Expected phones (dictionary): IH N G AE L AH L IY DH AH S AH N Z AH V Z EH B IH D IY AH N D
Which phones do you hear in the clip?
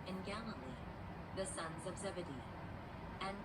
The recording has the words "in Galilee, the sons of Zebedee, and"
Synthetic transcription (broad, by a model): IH N G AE L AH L IY DH AH S AH N Z AH V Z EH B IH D IY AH N